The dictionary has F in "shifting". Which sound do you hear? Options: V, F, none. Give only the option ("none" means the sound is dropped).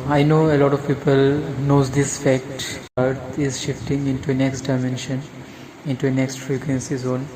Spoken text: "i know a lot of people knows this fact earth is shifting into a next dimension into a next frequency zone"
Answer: F